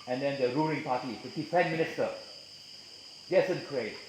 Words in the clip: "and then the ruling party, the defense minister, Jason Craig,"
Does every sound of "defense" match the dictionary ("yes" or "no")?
no